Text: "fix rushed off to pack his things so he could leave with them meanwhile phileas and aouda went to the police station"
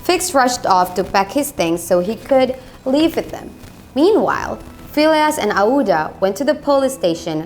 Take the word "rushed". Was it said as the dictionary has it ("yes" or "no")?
yes